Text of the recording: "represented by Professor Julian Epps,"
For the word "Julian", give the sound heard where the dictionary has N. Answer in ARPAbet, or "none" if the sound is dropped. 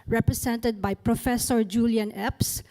N